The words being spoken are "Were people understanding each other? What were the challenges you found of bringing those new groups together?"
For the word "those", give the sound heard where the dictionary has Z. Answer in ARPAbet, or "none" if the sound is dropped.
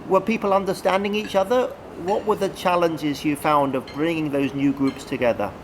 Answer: Z